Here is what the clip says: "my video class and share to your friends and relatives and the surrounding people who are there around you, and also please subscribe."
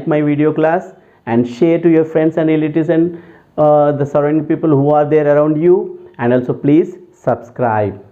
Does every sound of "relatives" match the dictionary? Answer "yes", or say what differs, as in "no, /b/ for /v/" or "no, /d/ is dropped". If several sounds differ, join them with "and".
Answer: no, /v/ is dropped